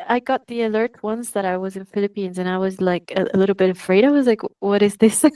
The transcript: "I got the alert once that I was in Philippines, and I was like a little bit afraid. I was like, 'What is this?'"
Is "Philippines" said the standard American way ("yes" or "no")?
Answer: yes